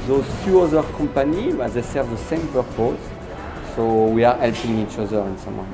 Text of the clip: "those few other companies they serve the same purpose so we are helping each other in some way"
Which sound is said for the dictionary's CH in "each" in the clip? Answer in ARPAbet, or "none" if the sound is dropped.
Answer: CH